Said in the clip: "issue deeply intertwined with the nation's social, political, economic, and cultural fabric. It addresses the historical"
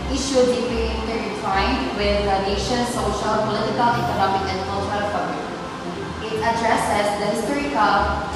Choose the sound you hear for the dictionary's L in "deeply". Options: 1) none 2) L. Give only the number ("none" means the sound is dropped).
1